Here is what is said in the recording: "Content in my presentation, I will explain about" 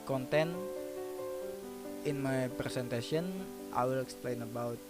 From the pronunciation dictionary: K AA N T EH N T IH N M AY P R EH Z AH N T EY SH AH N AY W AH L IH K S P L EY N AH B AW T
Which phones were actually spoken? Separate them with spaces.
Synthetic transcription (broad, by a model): K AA N T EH N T IH N M AY P R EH S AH N T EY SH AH N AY W AH L IH K S P L EY N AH B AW T